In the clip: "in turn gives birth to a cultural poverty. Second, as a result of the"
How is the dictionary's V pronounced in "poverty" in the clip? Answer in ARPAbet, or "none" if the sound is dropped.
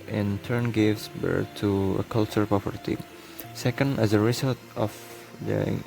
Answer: P